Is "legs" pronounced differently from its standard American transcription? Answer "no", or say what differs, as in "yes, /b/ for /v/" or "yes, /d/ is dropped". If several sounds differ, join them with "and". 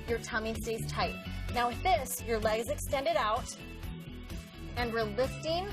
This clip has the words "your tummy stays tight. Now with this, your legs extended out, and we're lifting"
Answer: no